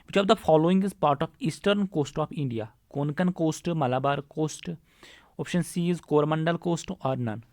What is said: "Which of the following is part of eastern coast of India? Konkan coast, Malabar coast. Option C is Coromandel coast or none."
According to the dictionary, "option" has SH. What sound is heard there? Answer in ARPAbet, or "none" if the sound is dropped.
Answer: SH